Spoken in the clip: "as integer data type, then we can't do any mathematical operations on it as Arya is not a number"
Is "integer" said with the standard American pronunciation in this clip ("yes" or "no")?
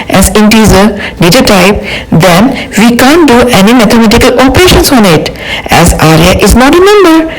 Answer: no